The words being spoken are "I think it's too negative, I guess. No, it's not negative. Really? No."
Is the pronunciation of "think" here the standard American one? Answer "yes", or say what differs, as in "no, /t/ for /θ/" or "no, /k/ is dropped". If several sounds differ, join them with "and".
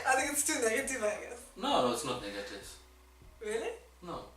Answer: no, /t/ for /θ/